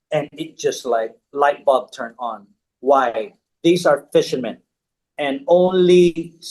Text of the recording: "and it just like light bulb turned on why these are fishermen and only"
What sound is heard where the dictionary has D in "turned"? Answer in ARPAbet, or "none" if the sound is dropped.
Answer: none